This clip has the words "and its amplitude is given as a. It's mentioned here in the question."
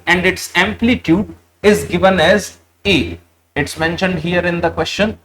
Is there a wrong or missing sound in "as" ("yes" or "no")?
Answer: no